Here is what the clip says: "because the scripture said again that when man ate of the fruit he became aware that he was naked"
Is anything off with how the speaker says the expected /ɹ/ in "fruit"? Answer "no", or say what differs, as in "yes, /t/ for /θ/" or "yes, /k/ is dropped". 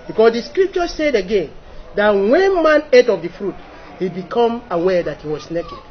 no